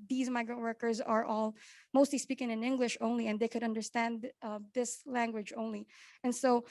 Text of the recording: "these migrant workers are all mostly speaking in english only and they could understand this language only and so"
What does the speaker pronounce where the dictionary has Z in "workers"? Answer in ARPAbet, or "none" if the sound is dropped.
Z